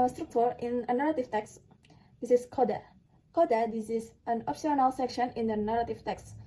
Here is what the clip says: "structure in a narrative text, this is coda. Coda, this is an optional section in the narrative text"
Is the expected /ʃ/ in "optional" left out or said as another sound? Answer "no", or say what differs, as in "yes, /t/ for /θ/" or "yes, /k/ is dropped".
yes, /s/ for /ʃ/